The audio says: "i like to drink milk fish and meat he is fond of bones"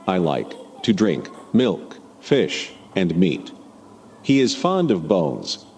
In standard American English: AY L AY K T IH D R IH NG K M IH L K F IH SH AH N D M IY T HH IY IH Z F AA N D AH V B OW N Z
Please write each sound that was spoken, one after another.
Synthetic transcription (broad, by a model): AY L AY K T IH D R IH NG K M IH L K F IH SH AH N M IY T HH IY IH Z F AA N D AH V B OW N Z